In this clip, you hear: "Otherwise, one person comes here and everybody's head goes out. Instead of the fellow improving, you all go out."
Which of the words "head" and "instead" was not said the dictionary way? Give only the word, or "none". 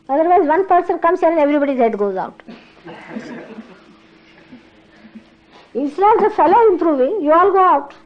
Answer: instead